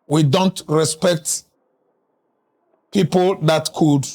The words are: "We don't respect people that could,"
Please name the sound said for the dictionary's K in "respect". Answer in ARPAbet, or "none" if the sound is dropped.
K